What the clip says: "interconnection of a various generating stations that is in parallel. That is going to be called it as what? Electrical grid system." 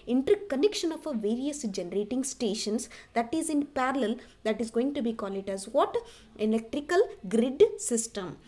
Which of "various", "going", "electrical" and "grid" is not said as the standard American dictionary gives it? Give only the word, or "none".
none